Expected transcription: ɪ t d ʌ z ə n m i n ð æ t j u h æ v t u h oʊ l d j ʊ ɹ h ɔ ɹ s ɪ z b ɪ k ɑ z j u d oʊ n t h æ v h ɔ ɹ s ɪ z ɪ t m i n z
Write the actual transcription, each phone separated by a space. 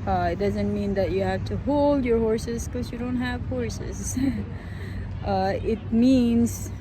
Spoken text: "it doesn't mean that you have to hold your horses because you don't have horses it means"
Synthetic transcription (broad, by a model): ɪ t d ʌ z ə n m i n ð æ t j u h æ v t u h oʊ l d j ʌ ɹ h ɔ ɹ s ɪ z k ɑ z j u d oʊ n t h æ v h ɔ ɹ s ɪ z ɪ t m i n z